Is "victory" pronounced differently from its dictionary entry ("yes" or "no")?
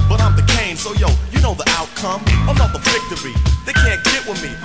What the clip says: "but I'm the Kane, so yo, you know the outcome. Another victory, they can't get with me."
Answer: yes